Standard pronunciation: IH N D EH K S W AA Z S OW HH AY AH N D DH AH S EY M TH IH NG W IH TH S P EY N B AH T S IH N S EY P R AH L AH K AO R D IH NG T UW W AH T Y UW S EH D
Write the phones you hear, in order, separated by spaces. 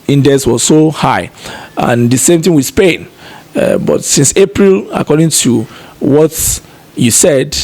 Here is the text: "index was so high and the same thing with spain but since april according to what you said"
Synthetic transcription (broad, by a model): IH N D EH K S W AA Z S OW HH AY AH N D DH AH S EY M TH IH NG W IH S P EY N B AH T S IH N S EY P R AH L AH K AO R D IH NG T UW W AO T Y UW S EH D